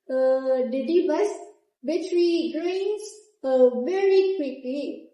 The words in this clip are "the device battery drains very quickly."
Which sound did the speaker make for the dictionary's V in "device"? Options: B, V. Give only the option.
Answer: B